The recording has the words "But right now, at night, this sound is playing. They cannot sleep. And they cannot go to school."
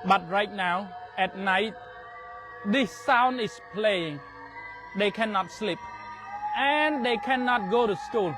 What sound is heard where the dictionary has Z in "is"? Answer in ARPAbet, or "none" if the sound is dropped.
S